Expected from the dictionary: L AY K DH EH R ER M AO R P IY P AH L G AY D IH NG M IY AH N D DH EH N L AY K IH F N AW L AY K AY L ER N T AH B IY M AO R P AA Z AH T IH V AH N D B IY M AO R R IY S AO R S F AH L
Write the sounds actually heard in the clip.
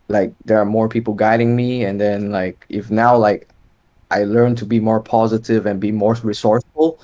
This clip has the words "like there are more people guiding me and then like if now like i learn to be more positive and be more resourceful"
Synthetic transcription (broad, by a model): L AY K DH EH R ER M AO R P IY P L G AY D IH NG M IY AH N DH EH N L AY K IH F N AW L AY K AY L ER N T AH B IY M AO R P AA Z AH T IH V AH N B IY M AO R R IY S AO R S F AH L